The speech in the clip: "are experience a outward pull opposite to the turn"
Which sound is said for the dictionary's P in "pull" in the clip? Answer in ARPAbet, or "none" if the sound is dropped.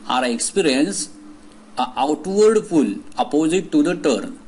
F